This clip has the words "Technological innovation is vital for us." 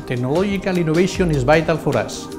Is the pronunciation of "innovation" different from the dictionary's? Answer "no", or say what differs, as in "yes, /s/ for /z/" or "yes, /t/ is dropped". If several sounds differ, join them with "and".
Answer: yes, /b/ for /v/